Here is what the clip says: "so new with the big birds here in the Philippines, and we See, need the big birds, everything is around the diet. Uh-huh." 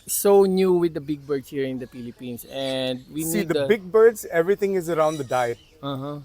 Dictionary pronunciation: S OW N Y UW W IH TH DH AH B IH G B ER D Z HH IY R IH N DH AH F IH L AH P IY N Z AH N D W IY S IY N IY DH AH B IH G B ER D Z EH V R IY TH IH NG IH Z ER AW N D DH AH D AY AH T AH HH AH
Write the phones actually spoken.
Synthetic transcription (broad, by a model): S OW N Y UW W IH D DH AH B IH G B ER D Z HH IY R IH N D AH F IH L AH P IY N S AH N D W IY IY N IY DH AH B IH G B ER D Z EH V R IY T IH NG IH Z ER AW N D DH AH D AY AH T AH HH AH